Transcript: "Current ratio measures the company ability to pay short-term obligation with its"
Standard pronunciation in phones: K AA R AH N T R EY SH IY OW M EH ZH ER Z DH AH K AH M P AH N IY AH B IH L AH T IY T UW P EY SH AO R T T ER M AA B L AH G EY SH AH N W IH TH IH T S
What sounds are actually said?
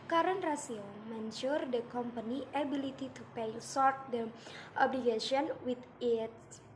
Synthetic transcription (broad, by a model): K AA R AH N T R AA S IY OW M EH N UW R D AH K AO M P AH N IY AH B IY L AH T IY T UW P EY S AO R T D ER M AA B L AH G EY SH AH N W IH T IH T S